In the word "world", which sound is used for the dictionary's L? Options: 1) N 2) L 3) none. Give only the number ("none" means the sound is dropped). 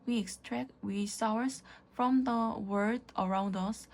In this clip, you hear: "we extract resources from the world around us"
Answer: 3